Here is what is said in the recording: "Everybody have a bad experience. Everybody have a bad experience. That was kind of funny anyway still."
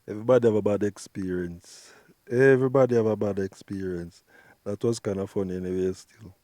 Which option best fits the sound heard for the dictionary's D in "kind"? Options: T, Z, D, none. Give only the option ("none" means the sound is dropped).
none